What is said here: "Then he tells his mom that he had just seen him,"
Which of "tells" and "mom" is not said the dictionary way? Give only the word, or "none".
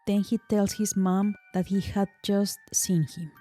tells